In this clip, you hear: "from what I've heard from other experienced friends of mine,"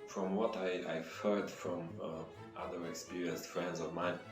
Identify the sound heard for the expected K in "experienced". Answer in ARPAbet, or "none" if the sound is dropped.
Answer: K